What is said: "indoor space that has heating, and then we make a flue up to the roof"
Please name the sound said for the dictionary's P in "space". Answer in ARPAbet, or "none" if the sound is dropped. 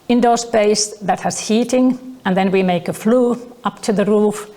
B